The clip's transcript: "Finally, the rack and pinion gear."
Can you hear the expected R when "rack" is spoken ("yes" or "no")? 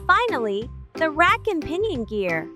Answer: yes